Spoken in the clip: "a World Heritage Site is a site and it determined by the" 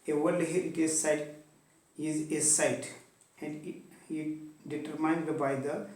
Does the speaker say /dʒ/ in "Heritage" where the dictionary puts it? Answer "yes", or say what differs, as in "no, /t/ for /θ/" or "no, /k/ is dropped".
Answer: no, /z/ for /dʒ/